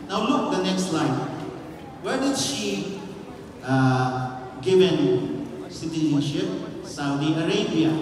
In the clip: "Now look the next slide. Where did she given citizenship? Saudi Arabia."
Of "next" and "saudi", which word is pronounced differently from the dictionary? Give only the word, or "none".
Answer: none